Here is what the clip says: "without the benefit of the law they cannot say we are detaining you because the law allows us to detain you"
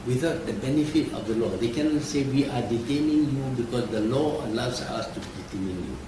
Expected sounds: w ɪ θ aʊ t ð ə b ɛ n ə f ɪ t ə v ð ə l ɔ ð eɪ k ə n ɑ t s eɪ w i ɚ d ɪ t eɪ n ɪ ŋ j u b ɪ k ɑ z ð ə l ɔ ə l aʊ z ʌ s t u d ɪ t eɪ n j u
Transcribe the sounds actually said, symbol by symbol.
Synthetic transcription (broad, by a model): w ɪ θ aʊ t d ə b ɛ n ə f ɪ t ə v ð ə l ɔ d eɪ k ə n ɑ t s eɪ w i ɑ d ɪ t eɪ n ɪ ŋ j u b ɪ k ɑ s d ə l ɔ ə l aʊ s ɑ s t u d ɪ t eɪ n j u